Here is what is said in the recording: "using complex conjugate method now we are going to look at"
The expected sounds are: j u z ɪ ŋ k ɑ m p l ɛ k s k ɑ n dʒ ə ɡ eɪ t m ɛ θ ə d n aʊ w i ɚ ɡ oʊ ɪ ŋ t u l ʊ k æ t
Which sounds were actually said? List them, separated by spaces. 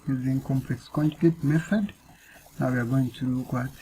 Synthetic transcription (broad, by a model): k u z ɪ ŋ k ɑ m p l ɛ k s k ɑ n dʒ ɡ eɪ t m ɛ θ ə d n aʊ w i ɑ ɡ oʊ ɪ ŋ t u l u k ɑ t